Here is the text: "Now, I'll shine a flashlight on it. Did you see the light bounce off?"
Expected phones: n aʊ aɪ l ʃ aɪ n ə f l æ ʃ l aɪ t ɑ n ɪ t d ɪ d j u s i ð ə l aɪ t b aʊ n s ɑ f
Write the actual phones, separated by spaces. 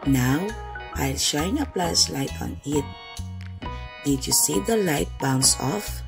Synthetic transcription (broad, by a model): n aʊ aɪ l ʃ aɪ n ə p l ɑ s l aɪ t ɑ n ɪ t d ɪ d j u s i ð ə l aɪ t b aʊ n s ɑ f